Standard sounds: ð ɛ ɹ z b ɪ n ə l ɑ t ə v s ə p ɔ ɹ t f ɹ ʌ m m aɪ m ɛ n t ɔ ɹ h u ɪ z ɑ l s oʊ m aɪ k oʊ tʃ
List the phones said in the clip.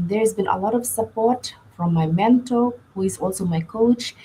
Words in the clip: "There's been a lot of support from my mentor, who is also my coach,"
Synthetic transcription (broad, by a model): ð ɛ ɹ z b ɪ n ə l ɑ t ə v s ə p ɔ ɹ t f ɹ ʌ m m aɪ m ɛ n t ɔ l h u ɪ z ɑ l s oʊ m aɪ k oʊ tʃ